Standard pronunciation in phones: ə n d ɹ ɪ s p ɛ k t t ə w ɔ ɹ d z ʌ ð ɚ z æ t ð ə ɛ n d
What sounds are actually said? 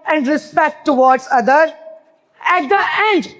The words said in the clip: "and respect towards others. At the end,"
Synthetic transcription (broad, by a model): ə n d ɹ ɪ s p ɛ k t t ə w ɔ ɹ d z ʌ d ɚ æ t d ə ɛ n d